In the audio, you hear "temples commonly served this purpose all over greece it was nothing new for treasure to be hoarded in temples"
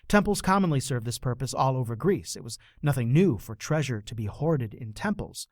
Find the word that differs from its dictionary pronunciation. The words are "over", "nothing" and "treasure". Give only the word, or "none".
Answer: none